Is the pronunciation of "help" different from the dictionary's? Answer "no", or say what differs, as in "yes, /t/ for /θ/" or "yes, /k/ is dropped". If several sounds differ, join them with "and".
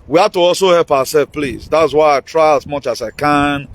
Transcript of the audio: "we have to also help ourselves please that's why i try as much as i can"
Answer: no